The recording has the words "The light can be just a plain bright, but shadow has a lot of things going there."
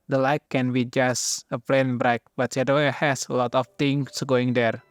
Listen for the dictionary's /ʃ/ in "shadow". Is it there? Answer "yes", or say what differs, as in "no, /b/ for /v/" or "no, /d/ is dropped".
no, /s/ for /ʃ/